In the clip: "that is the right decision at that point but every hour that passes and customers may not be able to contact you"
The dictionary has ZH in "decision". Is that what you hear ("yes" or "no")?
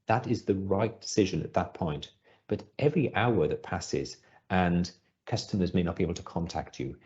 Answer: yes